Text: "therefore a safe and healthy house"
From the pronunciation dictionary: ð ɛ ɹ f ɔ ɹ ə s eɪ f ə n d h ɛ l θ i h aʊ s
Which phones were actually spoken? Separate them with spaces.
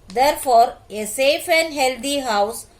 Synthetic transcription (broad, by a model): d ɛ ɹ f ɔ ɹ ə s eɪ f ə n d h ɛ l t i h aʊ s